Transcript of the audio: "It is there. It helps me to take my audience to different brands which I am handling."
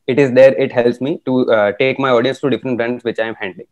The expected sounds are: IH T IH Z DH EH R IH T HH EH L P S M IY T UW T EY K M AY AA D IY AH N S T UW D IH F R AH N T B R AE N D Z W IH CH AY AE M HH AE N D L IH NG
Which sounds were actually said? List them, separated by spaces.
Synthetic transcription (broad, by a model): IH T IH Z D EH R IH T HH EH L P S M IY T UW T EY K M AY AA D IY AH N S T UW D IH F R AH N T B R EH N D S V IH CH AY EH M HH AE N D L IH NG